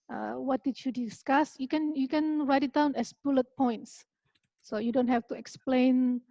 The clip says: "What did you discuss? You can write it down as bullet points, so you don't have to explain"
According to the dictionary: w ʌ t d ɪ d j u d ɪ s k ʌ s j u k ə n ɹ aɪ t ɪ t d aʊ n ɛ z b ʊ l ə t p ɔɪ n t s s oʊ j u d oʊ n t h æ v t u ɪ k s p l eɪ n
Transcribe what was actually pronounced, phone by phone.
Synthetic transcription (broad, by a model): w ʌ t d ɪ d j u d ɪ s k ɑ s j u k ə n ɹ aɪ t ɪ t d aʊ n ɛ s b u l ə t p ɔɪ n t s s oʊ j u d oʊ n t h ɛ f t u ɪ k s p l eɪ n